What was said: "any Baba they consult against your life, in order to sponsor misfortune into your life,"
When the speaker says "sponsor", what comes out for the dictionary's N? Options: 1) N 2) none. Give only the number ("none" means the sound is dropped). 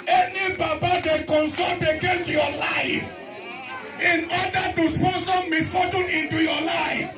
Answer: 2